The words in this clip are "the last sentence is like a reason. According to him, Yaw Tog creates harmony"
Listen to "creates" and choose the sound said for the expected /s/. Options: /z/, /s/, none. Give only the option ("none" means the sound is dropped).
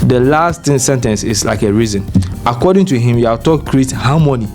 none